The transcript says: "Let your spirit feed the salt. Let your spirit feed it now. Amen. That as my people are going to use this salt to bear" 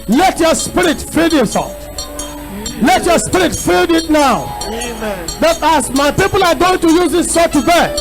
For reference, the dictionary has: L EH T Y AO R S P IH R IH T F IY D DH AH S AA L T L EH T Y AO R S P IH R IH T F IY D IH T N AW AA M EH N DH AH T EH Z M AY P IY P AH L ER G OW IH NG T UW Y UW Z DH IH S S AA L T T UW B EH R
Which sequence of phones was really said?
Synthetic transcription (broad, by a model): L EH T Y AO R S P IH R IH T F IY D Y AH S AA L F L EH T Y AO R S P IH R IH T F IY D IH T N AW AA UH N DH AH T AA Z M AY P IY P AH L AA G OW IH NG T UW Y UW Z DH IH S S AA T T UW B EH